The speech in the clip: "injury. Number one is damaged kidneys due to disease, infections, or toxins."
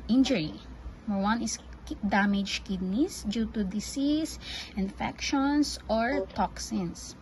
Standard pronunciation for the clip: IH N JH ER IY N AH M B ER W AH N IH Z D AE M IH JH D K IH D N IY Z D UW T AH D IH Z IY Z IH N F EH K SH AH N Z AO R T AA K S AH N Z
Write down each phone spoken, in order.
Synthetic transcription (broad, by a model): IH N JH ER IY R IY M ER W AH N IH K D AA M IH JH K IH D N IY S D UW T AH D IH S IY S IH N F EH K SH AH N S AO R T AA K S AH N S